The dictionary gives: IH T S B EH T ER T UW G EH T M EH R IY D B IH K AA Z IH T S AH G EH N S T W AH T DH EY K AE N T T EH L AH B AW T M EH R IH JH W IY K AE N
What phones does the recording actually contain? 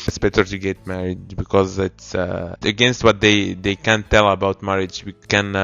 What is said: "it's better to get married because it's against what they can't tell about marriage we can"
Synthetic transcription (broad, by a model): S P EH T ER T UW G EH T M EH R IY D B IH K AA Z IH T S AH G EH N S T W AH T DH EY K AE N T T EH L AH B AW T M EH R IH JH W IY K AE N